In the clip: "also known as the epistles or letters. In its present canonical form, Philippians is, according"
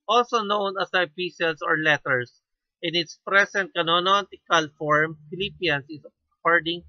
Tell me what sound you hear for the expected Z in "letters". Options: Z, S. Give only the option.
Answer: S